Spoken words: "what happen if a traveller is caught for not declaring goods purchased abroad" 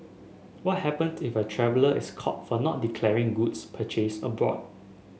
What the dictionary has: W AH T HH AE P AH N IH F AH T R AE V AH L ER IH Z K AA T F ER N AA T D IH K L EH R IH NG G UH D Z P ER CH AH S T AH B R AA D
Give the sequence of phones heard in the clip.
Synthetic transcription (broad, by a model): W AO T HH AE P AH N IH F AH T R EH V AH L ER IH S K AA T F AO N AA T D IH K L EH R IH NG G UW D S P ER CH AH S AH B R AA D